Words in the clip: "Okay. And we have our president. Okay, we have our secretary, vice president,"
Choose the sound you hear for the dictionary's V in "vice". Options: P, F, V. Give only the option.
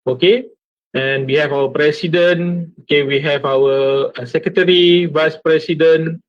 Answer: V